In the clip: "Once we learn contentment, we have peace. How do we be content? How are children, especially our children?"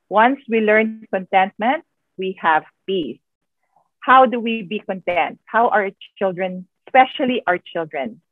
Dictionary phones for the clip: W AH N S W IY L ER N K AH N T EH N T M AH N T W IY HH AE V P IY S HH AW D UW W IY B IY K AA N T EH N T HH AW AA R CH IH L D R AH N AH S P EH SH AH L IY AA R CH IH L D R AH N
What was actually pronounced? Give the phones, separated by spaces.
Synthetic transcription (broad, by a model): W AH N S W IY L ER N K AH N T EH N T M AH N T W IY HH AE V P IY S HH AW D UW W IY B IY K AA N T EH N T HH AW AA R CH IH L D R AH N S P EH SH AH L IY AA R CH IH L D R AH N